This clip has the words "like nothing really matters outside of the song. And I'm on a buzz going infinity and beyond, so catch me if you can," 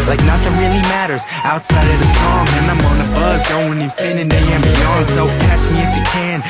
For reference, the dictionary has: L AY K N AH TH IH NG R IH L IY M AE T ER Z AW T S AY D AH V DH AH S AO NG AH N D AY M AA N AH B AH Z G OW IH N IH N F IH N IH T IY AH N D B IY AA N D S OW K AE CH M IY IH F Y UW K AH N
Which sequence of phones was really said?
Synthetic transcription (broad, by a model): L AY K N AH T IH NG R IH L IY M AE T ER Z AW T S AY D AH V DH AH S AO NG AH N AY M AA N AH B AH Z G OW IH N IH F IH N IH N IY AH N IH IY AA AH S OW K AE CH M IY IH F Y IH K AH N